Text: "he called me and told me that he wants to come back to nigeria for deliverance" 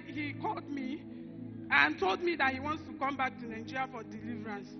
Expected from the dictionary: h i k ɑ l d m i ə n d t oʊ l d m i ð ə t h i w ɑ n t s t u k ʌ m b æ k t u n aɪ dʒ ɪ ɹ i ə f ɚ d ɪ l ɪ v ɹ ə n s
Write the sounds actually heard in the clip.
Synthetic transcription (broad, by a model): h i k ɑ l d m i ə n t oʊ l d m i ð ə t h i w ɑ n t s t u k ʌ m b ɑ k t u n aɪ dʒ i ɹ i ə f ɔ d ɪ l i v ɹ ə n s